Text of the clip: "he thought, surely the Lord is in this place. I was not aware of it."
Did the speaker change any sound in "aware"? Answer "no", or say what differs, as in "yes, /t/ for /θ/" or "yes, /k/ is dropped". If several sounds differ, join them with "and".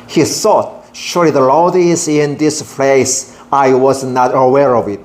no